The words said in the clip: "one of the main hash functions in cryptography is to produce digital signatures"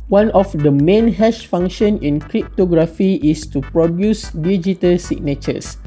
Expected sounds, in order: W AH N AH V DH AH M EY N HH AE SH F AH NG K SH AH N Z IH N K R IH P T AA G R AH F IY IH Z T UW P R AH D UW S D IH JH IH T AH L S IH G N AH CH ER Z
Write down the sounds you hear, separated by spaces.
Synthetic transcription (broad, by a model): W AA N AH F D AH M EY N HH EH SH F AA NG K SH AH N IH N K R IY P T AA G R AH F IY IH S T UW P R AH D UW S D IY JH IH T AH L S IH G N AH CH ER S